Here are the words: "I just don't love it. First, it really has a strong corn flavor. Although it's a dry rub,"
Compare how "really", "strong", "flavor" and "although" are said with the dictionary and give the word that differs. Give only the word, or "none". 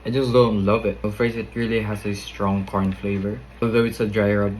none